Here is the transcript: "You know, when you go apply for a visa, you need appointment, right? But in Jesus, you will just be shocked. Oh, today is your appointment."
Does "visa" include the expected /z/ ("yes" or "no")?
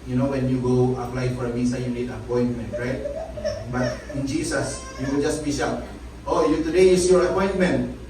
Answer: no